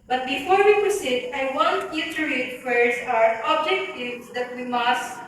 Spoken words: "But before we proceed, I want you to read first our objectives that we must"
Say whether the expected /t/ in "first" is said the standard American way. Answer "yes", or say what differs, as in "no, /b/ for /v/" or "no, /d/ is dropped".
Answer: no, /t/ is dropped